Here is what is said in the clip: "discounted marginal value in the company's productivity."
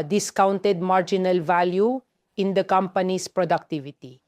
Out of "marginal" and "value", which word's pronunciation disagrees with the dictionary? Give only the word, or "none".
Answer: none